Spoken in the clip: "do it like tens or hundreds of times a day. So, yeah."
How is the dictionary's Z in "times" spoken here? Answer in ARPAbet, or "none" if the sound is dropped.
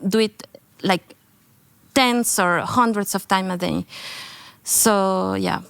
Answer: none